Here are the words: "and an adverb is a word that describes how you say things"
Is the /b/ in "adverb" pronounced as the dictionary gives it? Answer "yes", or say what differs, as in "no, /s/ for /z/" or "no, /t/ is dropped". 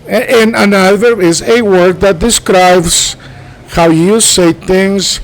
no, /b/ is dropped